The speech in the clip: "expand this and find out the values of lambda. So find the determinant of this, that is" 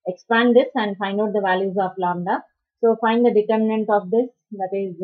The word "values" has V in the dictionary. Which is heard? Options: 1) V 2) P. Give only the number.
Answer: 1